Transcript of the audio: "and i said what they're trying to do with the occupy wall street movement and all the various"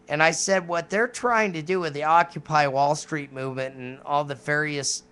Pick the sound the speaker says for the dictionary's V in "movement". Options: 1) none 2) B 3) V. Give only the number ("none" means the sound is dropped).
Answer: 3